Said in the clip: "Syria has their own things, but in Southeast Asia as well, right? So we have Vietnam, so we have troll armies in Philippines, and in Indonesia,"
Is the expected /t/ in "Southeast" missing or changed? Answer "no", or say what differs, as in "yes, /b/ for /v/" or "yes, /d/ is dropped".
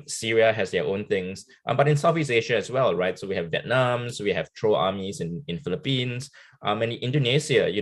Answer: yes, /t/ is dropped